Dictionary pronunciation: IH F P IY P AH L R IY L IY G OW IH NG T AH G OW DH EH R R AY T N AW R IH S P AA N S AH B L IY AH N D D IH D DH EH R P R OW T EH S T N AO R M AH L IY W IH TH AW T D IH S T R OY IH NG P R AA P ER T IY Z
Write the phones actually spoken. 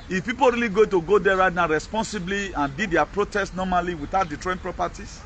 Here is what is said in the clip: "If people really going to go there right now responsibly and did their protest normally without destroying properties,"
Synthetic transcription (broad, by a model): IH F P IY P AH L R IY L IY G OW T AH G OW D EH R R AY T N AW R IH S P AA N S AH B L IY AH N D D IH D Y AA P R OW T EH S T N AO M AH L IY W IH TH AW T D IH T R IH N P R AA P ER T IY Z